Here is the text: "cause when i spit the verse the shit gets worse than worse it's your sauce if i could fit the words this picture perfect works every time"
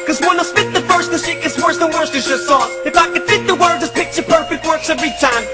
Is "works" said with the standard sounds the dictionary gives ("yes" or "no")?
yes